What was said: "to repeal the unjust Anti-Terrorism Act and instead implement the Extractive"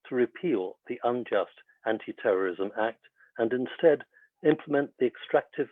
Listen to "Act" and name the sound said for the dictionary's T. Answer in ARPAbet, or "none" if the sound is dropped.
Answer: T